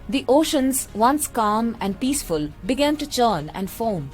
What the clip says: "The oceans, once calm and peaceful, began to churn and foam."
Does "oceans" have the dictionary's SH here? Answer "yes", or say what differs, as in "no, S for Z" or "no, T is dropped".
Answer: yes